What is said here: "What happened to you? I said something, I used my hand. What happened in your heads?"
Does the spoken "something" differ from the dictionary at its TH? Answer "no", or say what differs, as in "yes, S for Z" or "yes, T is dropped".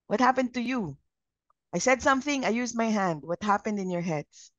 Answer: no